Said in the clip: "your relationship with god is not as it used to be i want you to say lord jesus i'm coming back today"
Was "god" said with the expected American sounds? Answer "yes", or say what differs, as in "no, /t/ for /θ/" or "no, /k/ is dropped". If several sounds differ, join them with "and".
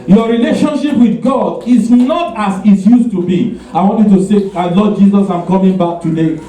yes